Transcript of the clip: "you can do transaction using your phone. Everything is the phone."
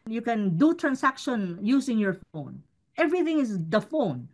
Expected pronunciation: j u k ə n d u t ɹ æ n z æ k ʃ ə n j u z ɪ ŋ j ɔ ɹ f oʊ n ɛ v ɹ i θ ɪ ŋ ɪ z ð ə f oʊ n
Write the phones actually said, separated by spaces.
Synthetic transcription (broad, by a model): j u k ə n d u t ɹ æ n s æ k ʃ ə n j u s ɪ ŋ j ɔ ɹ f oʊ n ɛ v ɹ i θ ɪ ŋ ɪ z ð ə f oʊ n